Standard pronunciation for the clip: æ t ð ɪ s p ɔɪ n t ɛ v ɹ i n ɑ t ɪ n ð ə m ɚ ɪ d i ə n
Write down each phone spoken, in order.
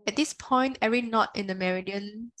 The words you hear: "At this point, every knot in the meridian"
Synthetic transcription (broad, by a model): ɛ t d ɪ s p ɔɪ n t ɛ ɹ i n ɑ t ɪ n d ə m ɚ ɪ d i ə n